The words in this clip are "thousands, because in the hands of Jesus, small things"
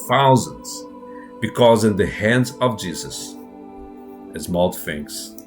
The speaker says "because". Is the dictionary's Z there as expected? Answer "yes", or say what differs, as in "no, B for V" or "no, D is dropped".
yes